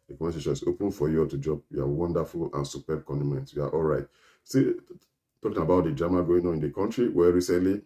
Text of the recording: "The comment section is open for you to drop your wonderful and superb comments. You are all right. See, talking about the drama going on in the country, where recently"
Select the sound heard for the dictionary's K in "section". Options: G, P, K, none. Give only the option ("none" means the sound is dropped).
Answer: none